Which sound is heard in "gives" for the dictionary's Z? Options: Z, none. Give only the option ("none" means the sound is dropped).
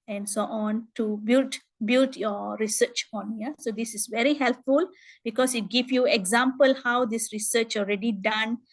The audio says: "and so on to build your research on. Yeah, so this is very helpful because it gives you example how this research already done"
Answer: none